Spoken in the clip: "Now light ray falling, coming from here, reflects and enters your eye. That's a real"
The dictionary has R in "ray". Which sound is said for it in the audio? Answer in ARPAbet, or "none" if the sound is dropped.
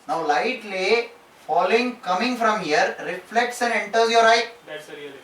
L